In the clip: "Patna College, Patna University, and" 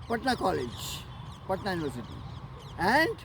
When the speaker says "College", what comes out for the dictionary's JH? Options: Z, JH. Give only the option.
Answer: JH